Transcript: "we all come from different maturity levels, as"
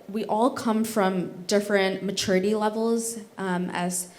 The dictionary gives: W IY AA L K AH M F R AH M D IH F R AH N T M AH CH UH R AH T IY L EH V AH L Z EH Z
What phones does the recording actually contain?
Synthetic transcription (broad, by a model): W IY AA L K AH M F R AH M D IH F R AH N M AH CH UH R AH T IY L EH V L Z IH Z